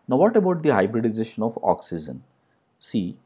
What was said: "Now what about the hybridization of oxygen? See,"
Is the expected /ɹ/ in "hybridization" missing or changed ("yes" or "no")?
no